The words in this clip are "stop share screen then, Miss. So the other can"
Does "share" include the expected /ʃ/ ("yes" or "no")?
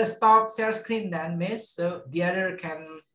no